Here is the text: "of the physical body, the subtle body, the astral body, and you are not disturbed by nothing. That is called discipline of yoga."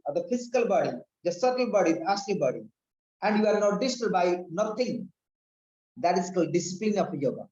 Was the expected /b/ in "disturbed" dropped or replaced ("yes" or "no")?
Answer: yes